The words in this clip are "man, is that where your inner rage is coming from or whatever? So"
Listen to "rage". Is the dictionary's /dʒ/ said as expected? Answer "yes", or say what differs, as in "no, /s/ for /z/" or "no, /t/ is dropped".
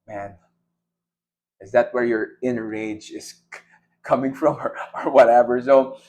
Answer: yes